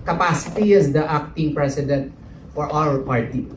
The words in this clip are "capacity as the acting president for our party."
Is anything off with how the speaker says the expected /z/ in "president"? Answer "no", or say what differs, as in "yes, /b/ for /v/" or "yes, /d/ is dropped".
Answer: yes, /s/ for /z/